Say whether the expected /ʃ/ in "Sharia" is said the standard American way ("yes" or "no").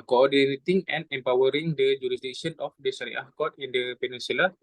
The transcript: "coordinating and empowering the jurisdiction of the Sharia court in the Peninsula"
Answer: no